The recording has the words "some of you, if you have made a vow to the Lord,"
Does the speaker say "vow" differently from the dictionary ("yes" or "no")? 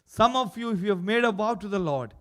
yes